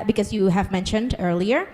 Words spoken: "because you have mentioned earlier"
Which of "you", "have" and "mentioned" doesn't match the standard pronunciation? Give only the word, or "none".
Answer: none